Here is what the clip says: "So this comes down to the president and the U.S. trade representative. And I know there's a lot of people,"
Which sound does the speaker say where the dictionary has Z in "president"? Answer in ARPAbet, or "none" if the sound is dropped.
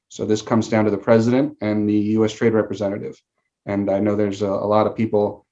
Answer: Z